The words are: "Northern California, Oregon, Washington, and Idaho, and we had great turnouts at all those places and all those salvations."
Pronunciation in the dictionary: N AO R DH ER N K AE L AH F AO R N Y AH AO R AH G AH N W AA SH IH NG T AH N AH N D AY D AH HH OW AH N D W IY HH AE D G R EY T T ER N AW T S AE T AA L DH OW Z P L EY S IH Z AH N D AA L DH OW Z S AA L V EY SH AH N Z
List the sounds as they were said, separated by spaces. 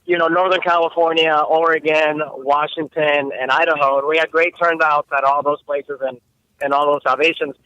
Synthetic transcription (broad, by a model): N AO R DH ER N K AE L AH F AO R N Y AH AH R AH G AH N W AA SH IH NG T AH N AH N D AY D AH HH OW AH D W IY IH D G R EY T T ER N AW T S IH T AA L DH OW Z P L EY S IH Z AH N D AA L DH OW Z S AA L V EY SH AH N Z